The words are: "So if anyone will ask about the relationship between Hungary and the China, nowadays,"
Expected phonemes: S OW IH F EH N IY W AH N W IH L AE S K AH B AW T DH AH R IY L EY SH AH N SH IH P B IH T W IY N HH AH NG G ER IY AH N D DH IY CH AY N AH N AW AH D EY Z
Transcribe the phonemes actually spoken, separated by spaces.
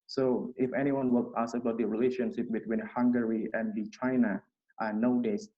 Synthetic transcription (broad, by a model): S OW IH F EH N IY W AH N W IH L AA S AH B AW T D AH R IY L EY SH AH N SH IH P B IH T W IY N HH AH NG G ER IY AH N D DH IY CH AY N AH N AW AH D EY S